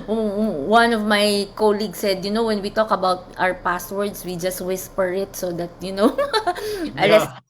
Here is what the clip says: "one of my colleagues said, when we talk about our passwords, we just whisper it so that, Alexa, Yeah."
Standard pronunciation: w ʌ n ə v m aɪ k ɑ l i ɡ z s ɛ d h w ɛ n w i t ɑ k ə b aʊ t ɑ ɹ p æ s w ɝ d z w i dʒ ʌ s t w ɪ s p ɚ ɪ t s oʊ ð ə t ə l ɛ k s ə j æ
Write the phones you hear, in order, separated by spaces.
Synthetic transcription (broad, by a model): w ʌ n ə v m aɪ k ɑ l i ɡ s ɛ d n w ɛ n w i t ɑ k ə b aʊ t ɑ ɹ p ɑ s w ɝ d s w i dʒ ʌ s t w ɪ s p ɚ ɪ t s oʊ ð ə t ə n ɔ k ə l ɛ